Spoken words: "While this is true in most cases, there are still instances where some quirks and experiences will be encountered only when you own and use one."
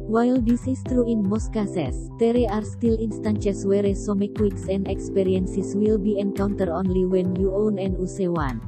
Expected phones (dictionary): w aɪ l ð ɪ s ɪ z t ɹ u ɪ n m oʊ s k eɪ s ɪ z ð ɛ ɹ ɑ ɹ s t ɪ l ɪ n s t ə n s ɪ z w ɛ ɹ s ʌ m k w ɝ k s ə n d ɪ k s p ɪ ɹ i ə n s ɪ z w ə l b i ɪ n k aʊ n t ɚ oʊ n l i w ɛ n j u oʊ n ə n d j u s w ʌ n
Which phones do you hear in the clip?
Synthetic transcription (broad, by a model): w aɪ l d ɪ s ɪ s t ɹ u ɪ n m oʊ s k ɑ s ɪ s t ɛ ɹ ɑ ɹ s t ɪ l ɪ n s t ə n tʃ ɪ s w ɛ ɹ s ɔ m k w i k s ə n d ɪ k s p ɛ ɹ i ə n s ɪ s w ə l b i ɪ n k aʊ n t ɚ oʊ n l i w ɛ n j u oʊ n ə n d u s w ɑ n